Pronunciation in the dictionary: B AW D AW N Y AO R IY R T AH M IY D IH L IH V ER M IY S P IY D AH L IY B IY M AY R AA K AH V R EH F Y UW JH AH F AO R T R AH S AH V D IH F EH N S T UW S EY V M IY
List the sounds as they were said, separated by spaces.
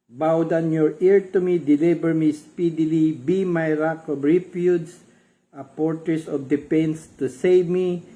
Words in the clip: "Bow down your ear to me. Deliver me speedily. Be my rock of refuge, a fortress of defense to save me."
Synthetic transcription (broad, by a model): B AW D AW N Y AO R IY R T AH M IY D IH L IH B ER M IY S P IY D AH L IY B IY M AY R AA K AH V R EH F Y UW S AH P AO R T R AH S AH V D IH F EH N S T UW S EY V M IY